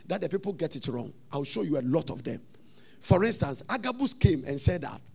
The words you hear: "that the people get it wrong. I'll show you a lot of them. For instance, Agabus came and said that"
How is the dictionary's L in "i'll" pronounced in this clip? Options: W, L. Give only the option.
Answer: W